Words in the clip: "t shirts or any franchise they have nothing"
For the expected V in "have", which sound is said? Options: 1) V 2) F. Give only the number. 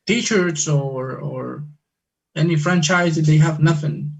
1